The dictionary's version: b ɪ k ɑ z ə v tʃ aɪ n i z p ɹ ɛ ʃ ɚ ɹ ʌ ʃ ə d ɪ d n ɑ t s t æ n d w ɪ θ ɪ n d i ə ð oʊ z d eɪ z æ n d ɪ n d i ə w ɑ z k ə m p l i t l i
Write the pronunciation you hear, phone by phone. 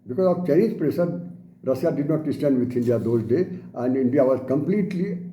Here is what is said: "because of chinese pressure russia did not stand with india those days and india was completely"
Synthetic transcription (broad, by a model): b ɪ k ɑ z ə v tʃ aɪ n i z p ɹ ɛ s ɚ ɹ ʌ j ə d ɪ d n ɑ t s t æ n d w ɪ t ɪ n d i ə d oʊ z d eɪ æ n d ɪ n d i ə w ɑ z k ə m p l i t l i